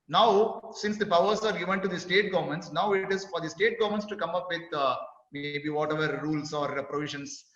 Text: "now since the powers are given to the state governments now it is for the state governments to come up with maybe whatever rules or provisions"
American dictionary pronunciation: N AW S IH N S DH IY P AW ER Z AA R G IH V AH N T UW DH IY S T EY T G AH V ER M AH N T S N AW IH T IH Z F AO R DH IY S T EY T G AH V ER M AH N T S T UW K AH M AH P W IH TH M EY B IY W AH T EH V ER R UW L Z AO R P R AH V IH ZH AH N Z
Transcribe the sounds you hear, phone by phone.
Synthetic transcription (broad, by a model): N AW S IH N S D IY P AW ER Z AA R G IH V AH N T UW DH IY S T EY T G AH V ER M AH N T S N AW IH T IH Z F AO R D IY S T EY T G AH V M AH N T S T UW K AH M AH P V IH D M EY B IY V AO T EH V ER R UW L S AO R P R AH V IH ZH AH N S